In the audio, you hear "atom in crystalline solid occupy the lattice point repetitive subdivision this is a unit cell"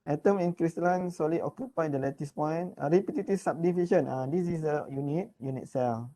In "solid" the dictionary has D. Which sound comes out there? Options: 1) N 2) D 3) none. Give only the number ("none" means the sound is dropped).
3